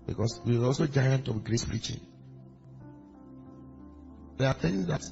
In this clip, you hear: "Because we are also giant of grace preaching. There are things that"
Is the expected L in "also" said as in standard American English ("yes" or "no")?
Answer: yes